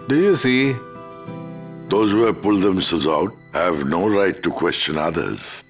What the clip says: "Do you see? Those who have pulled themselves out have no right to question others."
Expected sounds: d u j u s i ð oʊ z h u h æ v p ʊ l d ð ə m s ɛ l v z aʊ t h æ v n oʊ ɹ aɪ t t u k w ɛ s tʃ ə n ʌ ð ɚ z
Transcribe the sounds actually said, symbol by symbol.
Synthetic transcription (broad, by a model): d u j u s i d oʊ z h u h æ p ʊ l d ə m s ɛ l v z aʊ t h æ v n oʊ ɹ aɪ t t u k w ɛ s tʃ ə n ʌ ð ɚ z